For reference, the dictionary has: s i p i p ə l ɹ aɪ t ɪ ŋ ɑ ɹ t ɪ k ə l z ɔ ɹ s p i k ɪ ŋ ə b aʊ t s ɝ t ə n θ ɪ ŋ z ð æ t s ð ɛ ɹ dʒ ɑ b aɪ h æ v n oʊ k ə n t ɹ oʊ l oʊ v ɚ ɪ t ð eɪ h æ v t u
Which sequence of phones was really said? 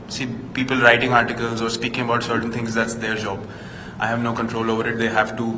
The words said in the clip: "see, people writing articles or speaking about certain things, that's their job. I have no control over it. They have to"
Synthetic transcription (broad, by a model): s i p i p ə l ɹ aɪ t ɪ ŋ ɑ ɹ t ɪ k ə l z ɔ ɹ s p i k ɪ ŋ ə b aʊ t s ɝ t ə n t ɪ ŋ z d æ t s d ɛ ɹ dʒ ɑ b aɪ h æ v n oʊ k ə n t ɹ oʊ l oʊ v ɚ ɪ t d eɪ h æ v t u